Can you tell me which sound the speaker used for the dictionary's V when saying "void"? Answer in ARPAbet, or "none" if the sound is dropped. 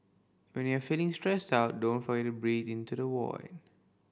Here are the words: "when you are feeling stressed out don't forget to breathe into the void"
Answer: W